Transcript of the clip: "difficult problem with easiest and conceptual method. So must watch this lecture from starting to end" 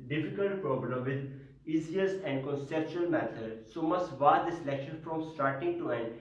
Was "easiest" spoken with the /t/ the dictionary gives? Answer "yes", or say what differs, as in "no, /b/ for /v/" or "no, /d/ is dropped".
no, /t/ is dropped